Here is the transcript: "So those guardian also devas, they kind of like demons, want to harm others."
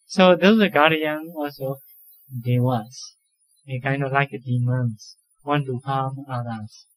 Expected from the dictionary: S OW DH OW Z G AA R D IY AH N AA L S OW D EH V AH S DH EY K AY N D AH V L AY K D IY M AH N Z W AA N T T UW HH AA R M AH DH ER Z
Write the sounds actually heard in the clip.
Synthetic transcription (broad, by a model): S OW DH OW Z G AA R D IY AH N AA L S OW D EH W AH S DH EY K AY N D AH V L AY K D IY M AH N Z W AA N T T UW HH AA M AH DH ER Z